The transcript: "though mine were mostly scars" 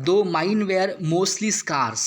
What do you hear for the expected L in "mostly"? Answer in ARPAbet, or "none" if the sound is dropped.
L